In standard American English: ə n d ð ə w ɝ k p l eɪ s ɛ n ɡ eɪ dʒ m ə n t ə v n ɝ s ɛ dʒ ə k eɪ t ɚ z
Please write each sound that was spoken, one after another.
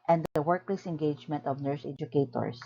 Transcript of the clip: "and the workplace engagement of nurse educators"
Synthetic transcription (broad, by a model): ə n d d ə w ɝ k l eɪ s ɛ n ɡ eɪ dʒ m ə n t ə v n ɝ s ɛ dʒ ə k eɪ t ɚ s